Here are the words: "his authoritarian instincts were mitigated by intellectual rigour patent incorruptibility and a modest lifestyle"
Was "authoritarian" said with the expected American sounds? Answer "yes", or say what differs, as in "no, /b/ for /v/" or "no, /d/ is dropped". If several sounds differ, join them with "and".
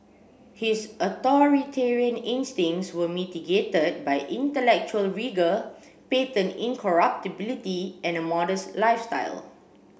no, /t/ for /θ/